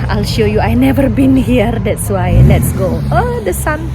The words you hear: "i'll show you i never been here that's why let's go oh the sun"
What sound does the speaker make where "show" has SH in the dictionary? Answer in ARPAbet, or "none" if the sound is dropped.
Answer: SH